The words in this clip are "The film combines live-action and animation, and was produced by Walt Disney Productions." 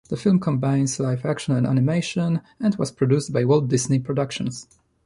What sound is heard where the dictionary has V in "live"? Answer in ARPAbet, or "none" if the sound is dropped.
F